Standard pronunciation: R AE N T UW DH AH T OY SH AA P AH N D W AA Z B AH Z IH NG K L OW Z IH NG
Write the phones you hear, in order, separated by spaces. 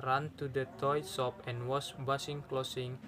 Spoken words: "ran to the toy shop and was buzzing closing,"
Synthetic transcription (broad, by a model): R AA N T UW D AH T OY S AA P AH N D W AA S B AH S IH NG K L OW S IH NG